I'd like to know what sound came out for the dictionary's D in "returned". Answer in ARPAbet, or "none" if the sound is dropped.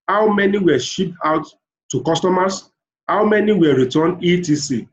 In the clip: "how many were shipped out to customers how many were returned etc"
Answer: none